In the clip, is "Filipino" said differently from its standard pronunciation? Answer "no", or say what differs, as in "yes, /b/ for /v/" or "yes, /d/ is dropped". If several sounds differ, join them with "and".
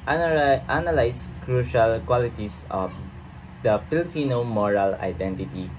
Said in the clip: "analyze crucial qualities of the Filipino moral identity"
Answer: yes, /p/ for /f/